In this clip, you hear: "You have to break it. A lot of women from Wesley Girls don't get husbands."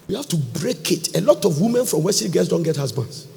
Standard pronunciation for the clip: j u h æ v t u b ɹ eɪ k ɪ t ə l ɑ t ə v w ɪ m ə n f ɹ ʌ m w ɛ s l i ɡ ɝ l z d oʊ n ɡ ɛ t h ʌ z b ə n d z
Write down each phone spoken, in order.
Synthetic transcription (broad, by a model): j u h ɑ f t u b ɹ eɪ k ɪ t ə l ɑ t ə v w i m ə n f ɹ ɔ m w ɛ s i ɡ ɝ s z d oʊ n ɡ ɛ t h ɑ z b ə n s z